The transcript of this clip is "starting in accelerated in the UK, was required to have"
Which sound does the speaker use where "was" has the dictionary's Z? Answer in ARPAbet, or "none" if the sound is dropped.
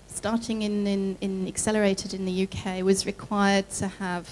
Z